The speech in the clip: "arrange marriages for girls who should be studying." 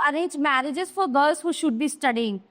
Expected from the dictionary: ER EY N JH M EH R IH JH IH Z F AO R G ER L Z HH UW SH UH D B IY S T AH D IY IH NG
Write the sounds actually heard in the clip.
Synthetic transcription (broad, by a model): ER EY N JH M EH R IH JH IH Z F AO R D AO Z HH UW SH UH D B IY S T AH D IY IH NG